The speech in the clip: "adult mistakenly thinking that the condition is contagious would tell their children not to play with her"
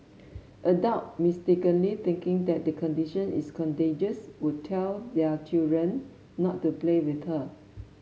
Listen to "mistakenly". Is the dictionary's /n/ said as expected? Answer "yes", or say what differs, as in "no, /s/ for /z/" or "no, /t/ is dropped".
yes